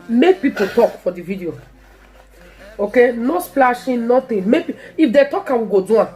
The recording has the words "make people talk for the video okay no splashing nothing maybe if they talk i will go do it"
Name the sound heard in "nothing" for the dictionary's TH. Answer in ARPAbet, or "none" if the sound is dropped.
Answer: T